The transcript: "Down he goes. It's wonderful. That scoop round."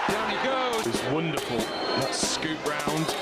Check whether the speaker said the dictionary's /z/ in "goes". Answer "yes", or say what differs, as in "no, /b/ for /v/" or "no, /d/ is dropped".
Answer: no, /z/ is dropped